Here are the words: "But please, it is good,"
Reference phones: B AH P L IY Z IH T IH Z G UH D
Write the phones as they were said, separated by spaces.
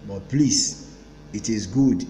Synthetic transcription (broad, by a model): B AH P L IY S IH T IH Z G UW D